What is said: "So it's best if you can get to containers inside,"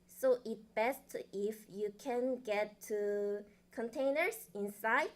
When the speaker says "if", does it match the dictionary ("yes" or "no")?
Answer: yes